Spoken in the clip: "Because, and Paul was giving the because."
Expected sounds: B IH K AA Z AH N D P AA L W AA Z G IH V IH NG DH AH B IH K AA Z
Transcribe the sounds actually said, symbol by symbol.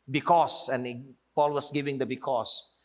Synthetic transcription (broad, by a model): B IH K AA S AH N P AA L W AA S G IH V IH NG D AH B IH K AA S